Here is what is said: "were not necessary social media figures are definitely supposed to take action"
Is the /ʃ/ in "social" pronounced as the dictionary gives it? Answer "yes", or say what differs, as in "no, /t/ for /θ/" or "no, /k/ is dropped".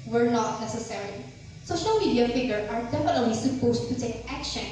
yes